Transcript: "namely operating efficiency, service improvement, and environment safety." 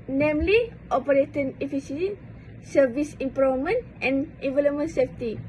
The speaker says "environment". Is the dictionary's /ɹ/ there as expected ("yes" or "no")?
no